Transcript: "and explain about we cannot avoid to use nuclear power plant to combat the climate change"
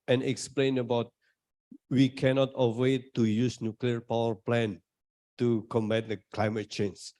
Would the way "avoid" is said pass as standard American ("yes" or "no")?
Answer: no